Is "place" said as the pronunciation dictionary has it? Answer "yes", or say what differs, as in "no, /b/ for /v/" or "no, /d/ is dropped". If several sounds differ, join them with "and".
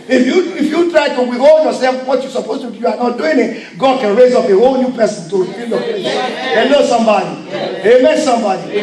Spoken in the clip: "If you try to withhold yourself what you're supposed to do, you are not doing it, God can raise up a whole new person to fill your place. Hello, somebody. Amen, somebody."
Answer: no, /l/ is dropped